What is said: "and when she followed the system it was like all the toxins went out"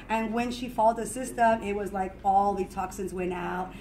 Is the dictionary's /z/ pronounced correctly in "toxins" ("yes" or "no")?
yes